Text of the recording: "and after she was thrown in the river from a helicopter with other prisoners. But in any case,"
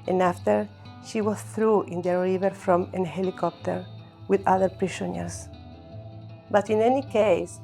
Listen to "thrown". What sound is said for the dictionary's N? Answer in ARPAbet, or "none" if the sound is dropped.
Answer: none